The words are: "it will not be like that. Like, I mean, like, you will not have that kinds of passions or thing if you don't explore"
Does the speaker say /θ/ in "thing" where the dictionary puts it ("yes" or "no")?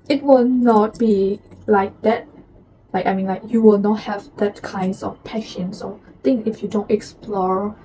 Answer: no